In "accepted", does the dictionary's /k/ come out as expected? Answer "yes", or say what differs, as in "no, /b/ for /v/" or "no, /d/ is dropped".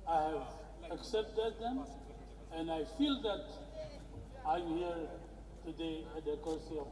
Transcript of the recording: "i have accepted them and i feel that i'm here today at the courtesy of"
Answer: yes